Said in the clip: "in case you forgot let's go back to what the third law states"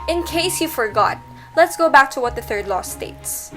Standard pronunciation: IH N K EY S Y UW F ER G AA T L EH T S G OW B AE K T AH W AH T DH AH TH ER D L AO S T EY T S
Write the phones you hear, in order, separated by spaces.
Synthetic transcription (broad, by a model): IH N K EY S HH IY F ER G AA T L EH T S G OW B AE K T AH W AH T DH AH TH ER D L AO S T EY T S